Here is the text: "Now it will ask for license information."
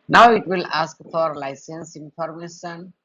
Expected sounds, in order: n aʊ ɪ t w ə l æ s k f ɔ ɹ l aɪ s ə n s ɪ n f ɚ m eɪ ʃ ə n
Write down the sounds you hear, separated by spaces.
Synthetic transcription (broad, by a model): n aʊ ɪ t w ə l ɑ s k f ɔ ɹ l aɪ s ə n s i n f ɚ m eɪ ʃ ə n